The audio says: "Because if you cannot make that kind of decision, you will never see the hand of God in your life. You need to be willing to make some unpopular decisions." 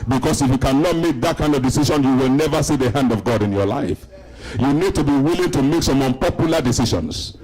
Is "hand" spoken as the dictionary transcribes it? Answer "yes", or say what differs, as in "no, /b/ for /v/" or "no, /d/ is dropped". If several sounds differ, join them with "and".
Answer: yes